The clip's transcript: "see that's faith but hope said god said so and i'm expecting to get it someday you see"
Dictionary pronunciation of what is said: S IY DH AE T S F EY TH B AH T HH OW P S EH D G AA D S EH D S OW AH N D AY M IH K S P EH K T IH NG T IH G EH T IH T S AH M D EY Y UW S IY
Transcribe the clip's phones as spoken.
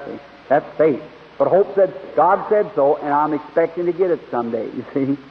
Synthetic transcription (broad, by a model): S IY DH AE T S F EY T B AH T HH OW P S EH D G AA D S EH D S OW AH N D AY M IH K S P EH K T IH NG T IH G EH T IH T S AH M D EY Y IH S IY